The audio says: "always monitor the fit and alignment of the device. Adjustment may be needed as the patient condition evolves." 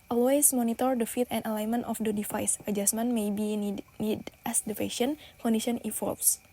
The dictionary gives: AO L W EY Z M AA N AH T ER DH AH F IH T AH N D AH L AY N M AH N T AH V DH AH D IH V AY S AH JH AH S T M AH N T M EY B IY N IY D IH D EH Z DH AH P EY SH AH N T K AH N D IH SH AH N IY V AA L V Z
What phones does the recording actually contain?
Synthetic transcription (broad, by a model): AO L W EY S M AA N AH T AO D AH F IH T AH N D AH L AY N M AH N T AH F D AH D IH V AY S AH JH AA S M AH N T M EY B IY N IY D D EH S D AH F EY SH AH N K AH N D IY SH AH N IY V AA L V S